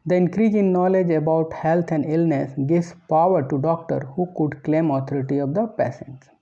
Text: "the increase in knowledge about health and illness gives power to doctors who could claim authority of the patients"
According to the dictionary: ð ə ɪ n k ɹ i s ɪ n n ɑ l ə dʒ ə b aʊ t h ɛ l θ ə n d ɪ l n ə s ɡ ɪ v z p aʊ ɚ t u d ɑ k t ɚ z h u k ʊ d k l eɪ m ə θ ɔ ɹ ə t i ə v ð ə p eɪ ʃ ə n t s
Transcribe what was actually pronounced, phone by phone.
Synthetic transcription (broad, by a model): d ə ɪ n k ɹ i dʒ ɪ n n ɑ l ə dʒ ə b aʊ t h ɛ l t ə n d ɪ l n ə s ɡ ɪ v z p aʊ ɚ t u d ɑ k t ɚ h u k ʊ d k l eɪ m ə t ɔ ɹ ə t i ə v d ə p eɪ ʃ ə n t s